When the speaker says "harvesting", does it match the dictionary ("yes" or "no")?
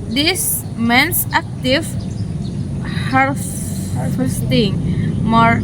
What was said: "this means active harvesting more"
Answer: no